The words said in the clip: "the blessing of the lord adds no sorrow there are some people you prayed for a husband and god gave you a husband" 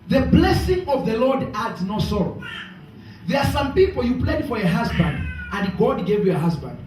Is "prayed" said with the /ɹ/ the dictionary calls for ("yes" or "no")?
no